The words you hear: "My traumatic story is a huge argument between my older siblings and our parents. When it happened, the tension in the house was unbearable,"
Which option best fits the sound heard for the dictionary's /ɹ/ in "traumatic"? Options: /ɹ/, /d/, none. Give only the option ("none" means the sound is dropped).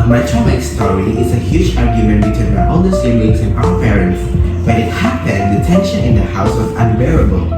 none